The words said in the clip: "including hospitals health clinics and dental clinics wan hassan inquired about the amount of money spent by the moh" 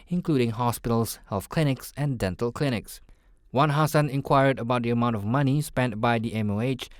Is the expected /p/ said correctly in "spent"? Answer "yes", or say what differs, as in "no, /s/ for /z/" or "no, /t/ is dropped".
yes